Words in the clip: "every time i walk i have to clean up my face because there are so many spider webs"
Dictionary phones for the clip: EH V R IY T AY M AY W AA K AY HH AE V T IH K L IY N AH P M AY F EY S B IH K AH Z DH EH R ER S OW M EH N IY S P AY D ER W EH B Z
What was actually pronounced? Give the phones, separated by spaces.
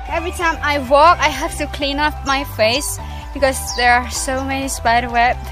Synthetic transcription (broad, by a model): EH V R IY T AY M AY W AA K AY HH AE F T IH K L IY N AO F M AY F EY S B IH K AH Z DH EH R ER S OW M EH N IY S P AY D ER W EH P